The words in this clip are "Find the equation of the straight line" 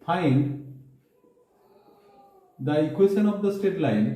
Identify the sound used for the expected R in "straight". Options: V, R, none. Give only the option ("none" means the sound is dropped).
none